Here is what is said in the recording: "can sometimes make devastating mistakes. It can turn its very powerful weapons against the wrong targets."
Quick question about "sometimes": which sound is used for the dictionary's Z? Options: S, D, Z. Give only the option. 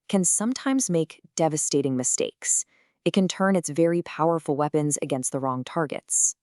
Z